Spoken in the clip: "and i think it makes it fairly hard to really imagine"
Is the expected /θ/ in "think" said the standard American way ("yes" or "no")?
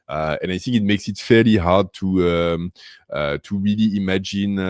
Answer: yes